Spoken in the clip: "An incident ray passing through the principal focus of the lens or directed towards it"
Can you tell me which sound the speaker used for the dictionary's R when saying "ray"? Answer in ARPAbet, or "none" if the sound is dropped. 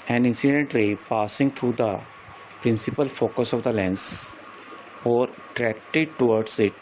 L